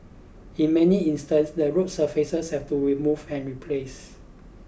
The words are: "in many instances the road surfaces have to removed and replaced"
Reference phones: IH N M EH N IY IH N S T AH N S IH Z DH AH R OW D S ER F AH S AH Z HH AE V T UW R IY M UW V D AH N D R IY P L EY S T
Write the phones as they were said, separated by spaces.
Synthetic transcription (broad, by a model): IH N M EH N IY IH N S T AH N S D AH R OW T S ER F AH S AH S HH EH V T UW R IY M UW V AH N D R IY P L EY S